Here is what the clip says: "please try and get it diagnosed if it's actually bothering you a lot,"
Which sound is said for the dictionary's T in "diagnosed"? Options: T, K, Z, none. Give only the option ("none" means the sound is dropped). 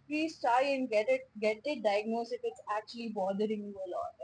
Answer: none